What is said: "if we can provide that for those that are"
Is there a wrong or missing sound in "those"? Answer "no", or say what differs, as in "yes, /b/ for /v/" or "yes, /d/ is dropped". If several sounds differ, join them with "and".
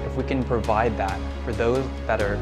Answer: no